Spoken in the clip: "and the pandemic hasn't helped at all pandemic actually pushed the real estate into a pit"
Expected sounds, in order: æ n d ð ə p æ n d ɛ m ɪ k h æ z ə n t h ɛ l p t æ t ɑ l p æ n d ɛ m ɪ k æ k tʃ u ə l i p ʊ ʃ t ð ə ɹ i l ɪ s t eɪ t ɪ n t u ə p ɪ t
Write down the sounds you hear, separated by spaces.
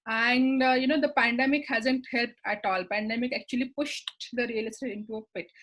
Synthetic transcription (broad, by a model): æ n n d ə p æ n d ɛ m ɪ k h æ z ə n t h ɛ l p t æ t ɑ l p æ n d ɛ m ɪ k æ k tʃ u ə l i p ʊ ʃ t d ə ɹ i l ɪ s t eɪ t ɪ n t u ə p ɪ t